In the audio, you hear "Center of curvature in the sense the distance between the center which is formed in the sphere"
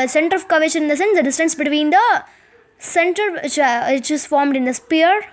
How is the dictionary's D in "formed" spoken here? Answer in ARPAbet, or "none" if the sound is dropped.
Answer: D